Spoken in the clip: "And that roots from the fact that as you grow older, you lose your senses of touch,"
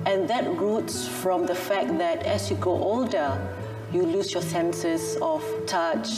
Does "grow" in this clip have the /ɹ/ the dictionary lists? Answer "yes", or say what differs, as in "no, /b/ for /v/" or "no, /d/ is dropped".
no, /ɹ/ is dropped